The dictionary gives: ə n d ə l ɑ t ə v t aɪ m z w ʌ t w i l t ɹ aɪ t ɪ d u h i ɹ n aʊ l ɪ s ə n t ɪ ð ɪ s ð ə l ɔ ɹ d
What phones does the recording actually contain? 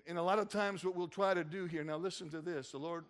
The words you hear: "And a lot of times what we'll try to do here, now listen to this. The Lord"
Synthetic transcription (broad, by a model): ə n ə l ɑ t ə v t aɪ m z w ʌ t w i l t ɹ aɪ t ɪ d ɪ h i ɹ n aʊ l ɪ s ə n t ɪ ð ɪ s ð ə l ɔ ɹ d